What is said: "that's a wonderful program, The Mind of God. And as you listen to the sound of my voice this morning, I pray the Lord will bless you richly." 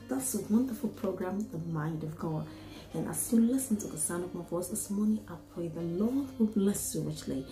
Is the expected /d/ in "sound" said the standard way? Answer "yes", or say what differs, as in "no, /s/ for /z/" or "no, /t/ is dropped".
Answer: no, /d/ is dropped